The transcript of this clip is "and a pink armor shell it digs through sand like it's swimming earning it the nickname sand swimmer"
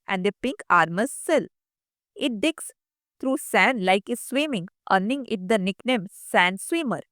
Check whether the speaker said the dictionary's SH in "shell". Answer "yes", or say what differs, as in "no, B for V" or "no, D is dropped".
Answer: no, S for SH